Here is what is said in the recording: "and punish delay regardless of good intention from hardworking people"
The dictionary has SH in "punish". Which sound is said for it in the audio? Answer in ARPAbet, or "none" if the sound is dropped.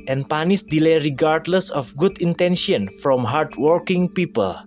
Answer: S